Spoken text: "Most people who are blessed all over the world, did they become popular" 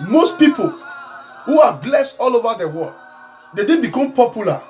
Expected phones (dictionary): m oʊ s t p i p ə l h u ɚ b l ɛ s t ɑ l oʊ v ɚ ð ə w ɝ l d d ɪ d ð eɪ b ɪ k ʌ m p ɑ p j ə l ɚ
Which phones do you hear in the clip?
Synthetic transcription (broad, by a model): m oʊ s t p i p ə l h u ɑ b l ɛ s t ɑ l oʊ v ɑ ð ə w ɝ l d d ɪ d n b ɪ k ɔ m p ɑ p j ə l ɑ